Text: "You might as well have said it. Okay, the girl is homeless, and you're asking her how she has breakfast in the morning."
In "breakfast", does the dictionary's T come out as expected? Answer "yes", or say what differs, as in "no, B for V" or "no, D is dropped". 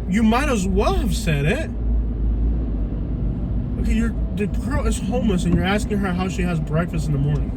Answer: yes